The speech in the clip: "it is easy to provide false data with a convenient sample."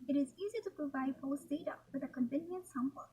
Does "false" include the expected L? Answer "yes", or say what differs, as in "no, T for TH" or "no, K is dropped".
no, L is dropped